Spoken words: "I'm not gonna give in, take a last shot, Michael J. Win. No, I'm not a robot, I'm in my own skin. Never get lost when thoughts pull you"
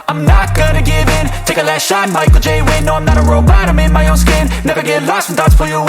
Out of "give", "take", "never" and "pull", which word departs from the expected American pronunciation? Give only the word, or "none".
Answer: pull